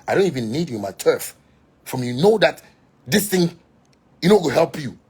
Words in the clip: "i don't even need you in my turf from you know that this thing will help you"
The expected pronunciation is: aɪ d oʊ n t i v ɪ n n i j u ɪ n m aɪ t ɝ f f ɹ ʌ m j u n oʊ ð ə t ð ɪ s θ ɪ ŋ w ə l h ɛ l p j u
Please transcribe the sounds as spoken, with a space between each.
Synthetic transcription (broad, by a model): aɪ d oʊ n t i v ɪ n n i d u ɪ m aɪ t ɝ f f ɹ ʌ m j u n oʊ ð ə t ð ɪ s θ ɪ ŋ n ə w h ɛ l p j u